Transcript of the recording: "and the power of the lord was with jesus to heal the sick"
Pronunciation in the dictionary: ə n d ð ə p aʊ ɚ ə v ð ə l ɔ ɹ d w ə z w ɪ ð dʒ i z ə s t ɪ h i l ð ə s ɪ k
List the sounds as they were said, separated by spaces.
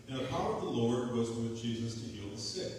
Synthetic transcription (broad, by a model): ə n ð ə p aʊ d ə v ð ə l ɔ ɹ d w ə z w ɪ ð dʒ i z ə s t ɪ h i l ð ə s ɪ